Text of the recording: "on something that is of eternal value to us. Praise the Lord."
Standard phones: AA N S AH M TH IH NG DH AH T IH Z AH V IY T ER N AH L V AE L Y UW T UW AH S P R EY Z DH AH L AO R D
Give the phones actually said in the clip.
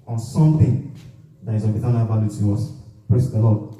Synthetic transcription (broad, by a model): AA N S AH M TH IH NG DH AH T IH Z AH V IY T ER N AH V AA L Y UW T UW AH S P R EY S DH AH L AO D